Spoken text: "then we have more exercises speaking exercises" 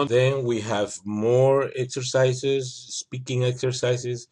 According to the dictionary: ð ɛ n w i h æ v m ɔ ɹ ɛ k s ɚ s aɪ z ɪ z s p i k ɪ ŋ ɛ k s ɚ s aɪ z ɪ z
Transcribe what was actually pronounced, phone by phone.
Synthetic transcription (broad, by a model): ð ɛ n w i h æ v m ɔ ɹ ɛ k s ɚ s aɪ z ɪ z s p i k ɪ ŋ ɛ k s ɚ s aɪ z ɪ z